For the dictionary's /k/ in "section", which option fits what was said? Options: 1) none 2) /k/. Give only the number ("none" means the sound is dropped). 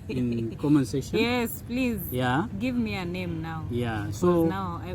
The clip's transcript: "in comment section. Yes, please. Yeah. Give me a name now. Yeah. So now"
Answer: 1